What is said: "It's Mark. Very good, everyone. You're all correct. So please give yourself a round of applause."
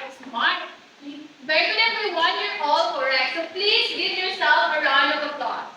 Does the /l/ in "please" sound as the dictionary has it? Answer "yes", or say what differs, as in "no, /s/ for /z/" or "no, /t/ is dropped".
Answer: yes